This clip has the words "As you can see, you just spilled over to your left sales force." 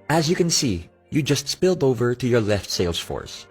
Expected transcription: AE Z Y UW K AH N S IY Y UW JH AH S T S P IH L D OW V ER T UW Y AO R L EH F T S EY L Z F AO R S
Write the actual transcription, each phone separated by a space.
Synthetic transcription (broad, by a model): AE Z Y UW K AH N S IY Y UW JH AH S T S P IH L D OW V ER T UW Y AO R L EH F T S EY L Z F AO R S